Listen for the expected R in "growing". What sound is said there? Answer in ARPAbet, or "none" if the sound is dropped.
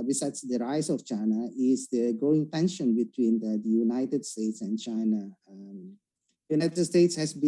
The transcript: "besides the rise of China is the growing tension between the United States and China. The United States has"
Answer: none